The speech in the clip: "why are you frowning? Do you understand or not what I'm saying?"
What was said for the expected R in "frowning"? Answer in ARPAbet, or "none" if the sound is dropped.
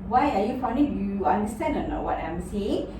none